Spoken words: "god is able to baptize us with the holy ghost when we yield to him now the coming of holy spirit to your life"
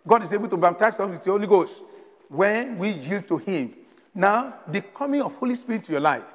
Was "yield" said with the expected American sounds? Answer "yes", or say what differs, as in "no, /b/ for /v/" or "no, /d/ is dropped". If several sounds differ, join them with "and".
yes